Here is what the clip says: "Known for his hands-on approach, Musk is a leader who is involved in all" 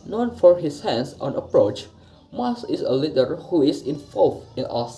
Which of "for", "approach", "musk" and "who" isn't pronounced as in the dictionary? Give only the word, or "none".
musk